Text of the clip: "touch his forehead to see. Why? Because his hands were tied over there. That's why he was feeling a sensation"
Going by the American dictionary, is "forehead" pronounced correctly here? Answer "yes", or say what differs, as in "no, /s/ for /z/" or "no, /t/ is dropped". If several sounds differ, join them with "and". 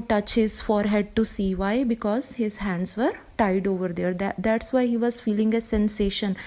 yes